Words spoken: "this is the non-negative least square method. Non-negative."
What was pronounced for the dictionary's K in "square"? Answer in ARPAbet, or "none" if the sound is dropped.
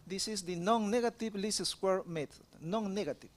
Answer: K